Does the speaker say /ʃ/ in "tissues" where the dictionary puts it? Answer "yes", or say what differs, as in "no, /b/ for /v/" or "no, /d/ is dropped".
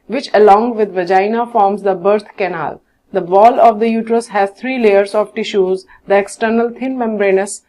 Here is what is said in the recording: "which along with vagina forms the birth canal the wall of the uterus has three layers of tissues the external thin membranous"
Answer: yes